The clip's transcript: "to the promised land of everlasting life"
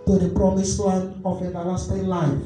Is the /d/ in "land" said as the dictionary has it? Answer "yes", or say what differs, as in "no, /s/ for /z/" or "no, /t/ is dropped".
no, /d/ is dropped